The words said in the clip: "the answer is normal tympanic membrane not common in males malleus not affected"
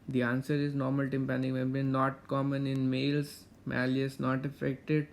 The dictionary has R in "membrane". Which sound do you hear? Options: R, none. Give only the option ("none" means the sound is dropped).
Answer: none